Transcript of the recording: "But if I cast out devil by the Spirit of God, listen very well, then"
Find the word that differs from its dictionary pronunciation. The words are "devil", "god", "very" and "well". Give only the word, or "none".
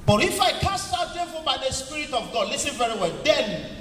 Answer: devil